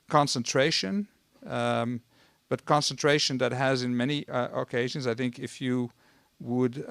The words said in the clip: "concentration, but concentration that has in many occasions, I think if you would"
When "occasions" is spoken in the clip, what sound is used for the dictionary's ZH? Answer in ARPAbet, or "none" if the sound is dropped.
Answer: ZH